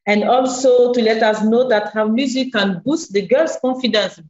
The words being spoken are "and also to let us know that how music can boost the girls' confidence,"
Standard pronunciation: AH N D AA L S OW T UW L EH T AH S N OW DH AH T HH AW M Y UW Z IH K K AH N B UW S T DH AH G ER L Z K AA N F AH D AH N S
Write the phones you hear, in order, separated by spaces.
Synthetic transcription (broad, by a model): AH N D AA L S OW T UW L EH T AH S N OW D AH T HH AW M Y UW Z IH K K AH N B UW S T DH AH G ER L S K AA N F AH D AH N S